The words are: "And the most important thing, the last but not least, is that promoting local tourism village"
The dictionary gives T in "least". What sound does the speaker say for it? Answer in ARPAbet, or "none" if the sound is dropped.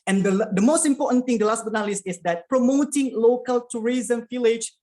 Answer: none